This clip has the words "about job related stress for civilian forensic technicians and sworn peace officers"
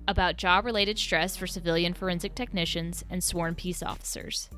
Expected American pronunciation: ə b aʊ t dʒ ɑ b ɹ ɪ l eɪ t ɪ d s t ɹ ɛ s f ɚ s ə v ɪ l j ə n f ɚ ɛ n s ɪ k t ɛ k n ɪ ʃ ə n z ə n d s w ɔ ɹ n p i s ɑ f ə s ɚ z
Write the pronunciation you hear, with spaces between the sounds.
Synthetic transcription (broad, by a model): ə b aʊ t dʒ ɑ b ɹ ɪ l eɪ t ɪ d s t ɹ ɛ s f ɚ s ə v ɪ l j ə n f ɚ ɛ n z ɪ k t ɛ k n ɪ ʃ ə n z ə n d s w ɔ ɹ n p i s ɑ f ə s ɚ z